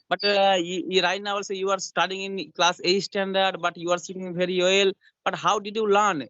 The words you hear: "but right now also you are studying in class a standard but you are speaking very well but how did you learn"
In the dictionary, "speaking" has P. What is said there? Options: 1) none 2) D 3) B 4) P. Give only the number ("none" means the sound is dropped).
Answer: 1